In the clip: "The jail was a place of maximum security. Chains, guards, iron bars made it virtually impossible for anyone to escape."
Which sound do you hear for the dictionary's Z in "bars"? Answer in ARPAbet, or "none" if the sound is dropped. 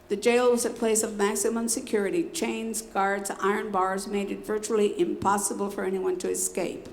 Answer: Z